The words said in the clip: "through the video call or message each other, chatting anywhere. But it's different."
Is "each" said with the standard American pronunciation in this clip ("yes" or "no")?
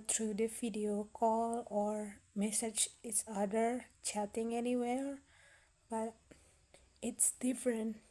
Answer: no